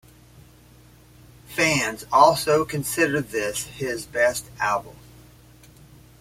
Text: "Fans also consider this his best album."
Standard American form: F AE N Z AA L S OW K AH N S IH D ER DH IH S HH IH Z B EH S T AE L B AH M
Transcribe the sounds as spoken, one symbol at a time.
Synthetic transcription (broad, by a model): F AE N Z AA L S OW K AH N S IH D ER DH IH S HH IH Z B EH S T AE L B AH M